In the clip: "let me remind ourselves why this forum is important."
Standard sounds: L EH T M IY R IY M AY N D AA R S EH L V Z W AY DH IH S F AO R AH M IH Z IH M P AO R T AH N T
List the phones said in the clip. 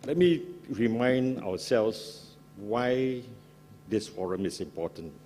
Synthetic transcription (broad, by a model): L EH T M IY R IY M AY N D AA W S EH L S W AY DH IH S F AO R AH M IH S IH M P AO T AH N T